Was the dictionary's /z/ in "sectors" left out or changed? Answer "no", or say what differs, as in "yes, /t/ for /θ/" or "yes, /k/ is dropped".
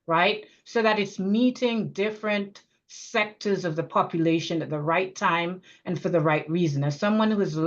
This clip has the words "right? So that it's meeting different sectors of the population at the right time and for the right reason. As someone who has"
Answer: no